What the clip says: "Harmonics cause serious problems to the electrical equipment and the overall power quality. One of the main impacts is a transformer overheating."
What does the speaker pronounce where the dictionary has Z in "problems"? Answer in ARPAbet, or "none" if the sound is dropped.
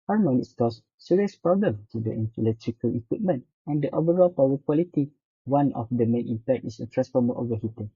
none